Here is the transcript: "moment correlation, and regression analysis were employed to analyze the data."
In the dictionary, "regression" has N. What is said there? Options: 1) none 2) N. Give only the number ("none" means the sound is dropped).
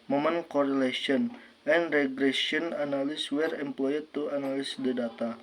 1